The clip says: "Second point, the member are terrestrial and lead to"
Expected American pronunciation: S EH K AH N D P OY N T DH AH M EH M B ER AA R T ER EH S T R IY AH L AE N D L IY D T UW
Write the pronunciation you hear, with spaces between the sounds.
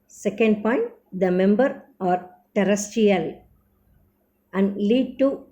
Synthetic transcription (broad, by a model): S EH K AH N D P OY N T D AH M EH M B ER AA R T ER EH S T IY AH L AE N D L IY D T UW